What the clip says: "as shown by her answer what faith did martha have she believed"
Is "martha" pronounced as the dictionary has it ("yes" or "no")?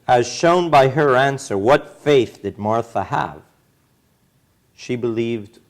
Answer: yes